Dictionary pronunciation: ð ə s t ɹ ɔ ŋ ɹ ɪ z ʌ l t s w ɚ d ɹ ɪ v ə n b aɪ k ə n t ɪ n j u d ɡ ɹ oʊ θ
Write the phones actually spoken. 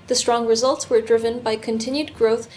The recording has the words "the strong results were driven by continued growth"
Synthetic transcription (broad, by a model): ð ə s t ɹ ɔ ŋ ɹ ɪ z ʌ l t s w ɚ d ɹ ɪ v ə n b aɪ k ə n t ɪ n j u d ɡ ɹ oʊ θ